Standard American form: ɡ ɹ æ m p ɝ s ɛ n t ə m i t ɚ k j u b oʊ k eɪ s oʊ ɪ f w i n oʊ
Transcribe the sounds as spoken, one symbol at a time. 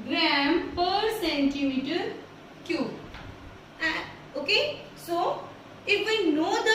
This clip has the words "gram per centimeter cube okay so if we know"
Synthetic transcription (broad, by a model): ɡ ɹ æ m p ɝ s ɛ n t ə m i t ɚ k j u oʊ k eɪ s oʊ ɪ f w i n oʊ